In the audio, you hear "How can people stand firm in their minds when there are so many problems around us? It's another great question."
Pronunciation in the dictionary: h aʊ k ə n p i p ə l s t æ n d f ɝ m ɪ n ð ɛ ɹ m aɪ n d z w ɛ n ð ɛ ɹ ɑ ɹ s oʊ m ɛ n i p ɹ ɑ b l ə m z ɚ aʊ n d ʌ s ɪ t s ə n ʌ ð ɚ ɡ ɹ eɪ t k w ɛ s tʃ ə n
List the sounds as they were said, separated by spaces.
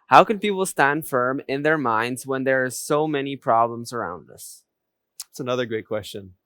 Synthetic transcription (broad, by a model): h aʊ k ə n p i p l s t æ n d f ɝ m ɪ n ð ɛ ɹ m aɪ n d z w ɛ n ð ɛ ɹ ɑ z s oʊ m ɛ n i p ɹ ɑ b l ə m z ɚ aʊ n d ʌ s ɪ t s ə n ʌ ð ɚ ɡ ɹ eɪ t k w ɛ s tʃ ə n